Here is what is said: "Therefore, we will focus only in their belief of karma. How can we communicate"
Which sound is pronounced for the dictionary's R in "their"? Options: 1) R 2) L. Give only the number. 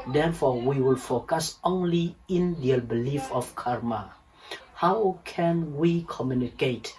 2